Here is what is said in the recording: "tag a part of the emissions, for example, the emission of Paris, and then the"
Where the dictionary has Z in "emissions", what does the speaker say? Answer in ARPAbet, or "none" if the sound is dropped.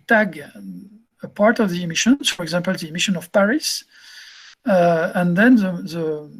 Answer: none